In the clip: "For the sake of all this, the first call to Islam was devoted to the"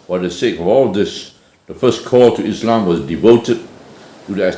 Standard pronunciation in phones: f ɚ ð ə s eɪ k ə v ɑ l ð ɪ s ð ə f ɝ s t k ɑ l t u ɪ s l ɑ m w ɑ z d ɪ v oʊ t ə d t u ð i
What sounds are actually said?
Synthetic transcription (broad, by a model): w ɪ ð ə s eɪ k ə v ɑ l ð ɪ s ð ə f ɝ s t k ɑ l t u ɪ s l ɑ m w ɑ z d ɪ v oʊ t ə d t u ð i